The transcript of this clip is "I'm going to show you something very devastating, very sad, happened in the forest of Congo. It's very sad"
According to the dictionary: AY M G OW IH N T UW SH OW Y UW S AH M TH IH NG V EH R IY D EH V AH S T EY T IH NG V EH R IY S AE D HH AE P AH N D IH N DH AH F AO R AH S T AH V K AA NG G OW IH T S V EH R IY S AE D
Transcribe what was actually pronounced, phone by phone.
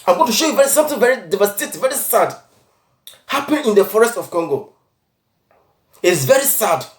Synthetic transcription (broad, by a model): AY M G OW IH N T UW SH OW Y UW S AH M TH IH NG V EH R IY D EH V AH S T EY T V EH R IY S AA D HH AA P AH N IH N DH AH F AO R AH S T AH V K AA NG G OW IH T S V EH R IY S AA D